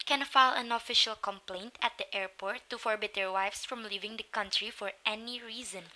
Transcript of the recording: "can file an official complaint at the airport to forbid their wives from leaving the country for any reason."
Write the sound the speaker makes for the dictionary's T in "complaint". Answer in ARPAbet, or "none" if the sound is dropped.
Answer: T